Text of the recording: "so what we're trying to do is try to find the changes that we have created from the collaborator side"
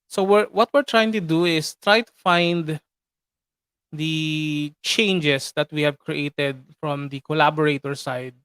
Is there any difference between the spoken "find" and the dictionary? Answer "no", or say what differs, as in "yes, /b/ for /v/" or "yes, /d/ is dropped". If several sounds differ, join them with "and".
no